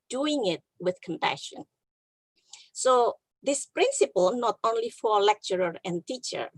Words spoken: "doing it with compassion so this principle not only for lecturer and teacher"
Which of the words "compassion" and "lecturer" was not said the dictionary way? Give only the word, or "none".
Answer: none